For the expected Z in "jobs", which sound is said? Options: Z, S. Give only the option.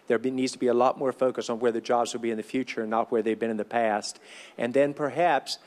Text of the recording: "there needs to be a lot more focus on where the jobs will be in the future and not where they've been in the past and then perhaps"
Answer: Z